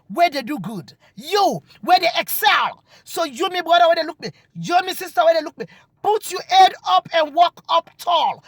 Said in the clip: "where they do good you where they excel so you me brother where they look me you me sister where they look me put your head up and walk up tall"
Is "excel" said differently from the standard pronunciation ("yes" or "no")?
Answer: no